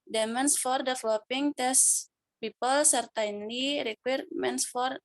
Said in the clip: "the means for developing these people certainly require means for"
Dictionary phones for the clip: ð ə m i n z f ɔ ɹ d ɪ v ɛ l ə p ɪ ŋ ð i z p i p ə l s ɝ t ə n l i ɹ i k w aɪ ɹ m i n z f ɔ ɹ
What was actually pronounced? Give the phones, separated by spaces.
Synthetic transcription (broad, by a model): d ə m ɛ n s f ɔ ɹ d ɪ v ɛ l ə p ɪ ŋ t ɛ s p i p ə l s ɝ t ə n l i ɹ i k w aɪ ɹ m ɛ n s f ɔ ɹ